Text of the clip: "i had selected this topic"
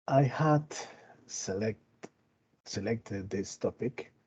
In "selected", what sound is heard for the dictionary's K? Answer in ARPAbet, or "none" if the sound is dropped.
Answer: K